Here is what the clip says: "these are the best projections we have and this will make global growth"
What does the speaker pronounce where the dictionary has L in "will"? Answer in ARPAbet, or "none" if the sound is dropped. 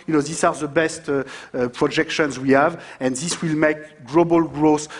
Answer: L